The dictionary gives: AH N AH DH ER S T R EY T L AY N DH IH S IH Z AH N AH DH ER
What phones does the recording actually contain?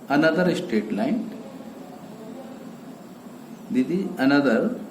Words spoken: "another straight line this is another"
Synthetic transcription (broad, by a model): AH N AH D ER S T EY T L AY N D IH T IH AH N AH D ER